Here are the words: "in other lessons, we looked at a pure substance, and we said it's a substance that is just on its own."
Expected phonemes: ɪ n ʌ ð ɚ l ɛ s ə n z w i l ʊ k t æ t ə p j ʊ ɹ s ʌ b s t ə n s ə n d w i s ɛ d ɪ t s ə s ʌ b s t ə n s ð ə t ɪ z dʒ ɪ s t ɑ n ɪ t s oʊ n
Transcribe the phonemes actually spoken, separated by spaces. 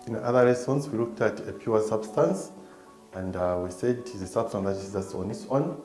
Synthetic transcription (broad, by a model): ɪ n ʌ ð ɚ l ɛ s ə n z w i l ʊ k t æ t ə p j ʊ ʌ s ʌ b s t ə n s ə n d w i s ɛ d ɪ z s ə s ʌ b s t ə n ð ə t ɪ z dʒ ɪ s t ɑ n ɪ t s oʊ n